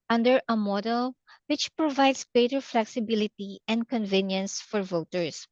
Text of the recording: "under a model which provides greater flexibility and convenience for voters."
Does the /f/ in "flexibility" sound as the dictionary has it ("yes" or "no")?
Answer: yes